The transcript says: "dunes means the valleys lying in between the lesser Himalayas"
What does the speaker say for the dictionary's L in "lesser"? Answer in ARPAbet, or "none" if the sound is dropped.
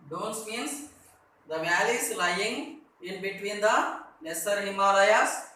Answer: N